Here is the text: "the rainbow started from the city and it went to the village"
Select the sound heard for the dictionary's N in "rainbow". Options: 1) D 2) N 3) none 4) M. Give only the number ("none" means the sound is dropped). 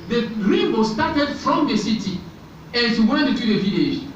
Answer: 3